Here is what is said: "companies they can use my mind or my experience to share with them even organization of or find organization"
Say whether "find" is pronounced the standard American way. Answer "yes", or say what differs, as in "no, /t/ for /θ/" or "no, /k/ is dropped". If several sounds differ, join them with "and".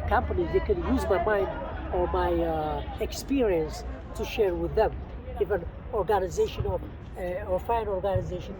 no, /d/ is dropped